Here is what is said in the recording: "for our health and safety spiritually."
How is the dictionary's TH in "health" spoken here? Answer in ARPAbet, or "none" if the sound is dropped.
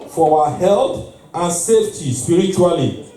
T